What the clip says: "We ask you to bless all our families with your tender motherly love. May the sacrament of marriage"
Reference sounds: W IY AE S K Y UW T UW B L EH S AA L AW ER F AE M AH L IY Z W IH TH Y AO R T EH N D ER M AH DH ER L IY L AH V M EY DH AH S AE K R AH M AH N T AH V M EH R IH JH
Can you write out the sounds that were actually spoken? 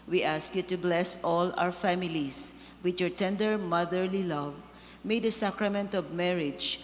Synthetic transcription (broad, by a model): W IY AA S K Y UW T UW B L EH S AA L AW ER F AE M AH L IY S W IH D Y AO R T EH N D ER M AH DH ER L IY L AH V M EY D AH S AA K R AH M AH N T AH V M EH R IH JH